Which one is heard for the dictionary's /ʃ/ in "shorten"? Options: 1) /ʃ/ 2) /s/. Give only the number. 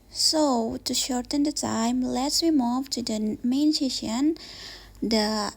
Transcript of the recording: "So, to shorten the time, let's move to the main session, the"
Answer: 1